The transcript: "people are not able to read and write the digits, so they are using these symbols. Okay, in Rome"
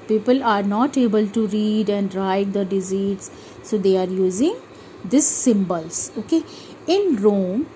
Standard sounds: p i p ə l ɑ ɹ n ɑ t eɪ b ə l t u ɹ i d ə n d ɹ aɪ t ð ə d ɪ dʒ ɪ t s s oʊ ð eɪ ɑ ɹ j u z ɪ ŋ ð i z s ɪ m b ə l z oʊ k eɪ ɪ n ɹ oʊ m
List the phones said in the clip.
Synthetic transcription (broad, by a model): p i p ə l ɑ ɹ n ɑ t eɪ b ə l t u ɹ i d ə n d ɹ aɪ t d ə d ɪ z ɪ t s s oʊ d eɪ ɑ ɹ j u z ɪ ŋ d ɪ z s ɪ m b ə l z oʊ k eɪ ɪ n ɹ oʊ m